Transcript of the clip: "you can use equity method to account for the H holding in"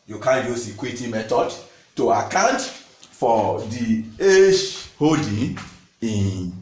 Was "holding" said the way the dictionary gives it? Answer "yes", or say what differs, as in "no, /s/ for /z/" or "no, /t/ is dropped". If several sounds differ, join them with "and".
no, /l/ is dropped